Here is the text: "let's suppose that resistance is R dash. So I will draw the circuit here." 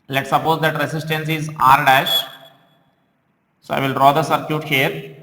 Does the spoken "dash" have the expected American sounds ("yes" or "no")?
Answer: yes